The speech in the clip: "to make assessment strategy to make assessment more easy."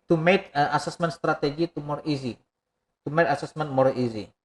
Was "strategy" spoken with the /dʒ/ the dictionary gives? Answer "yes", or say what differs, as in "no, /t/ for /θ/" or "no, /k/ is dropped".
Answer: no, /z/ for /dʒ/